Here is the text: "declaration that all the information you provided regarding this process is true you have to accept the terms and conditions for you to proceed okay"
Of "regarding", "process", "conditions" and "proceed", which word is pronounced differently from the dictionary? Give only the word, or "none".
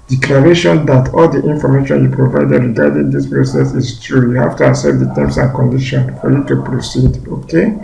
conditions